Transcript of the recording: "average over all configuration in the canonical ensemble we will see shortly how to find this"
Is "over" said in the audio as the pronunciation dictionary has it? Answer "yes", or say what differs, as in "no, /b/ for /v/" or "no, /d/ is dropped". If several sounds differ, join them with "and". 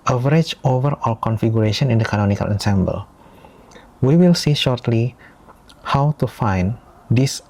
yes